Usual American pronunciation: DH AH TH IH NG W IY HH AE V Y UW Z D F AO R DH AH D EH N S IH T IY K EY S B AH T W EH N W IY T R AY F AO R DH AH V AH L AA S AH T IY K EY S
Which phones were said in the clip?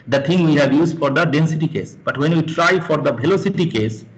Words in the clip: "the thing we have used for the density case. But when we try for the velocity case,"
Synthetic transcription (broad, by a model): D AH T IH NG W IY HH AE V Y UW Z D F AO R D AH D EH N S IH T IY K EY S B AH T W EH N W IY T R AY F AO R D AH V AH L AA S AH T IY K EY S